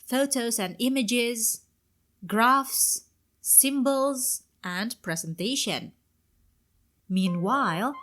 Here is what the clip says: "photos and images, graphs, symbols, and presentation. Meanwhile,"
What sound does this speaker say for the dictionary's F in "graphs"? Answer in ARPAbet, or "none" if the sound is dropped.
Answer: F